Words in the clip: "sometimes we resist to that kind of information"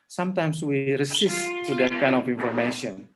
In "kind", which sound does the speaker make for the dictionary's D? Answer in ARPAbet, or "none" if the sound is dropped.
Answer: none